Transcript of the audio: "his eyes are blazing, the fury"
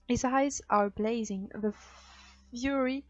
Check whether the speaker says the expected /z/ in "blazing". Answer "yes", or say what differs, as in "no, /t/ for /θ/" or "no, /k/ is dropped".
yes